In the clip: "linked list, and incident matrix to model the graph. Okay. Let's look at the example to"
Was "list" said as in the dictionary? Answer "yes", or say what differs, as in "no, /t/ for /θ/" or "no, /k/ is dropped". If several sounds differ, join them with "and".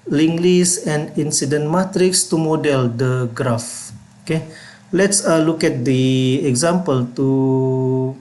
no, /t/ is dropped